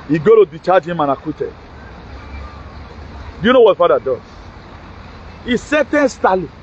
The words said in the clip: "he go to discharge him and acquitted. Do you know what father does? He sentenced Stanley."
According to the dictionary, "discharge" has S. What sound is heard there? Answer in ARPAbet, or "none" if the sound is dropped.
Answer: none